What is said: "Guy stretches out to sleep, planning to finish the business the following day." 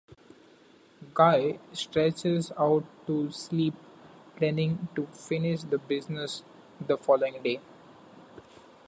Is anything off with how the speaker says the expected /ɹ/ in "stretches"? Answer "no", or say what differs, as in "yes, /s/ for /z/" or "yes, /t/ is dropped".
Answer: no